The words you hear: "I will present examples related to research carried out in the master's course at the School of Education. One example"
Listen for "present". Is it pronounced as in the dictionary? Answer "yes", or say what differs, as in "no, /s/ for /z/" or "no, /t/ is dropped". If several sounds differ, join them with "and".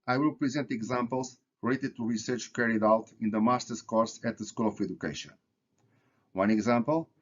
yes